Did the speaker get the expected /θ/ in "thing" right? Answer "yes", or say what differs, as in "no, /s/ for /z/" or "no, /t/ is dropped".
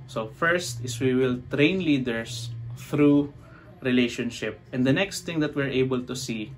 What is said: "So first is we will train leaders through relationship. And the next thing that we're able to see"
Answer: no, /t/ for /θ/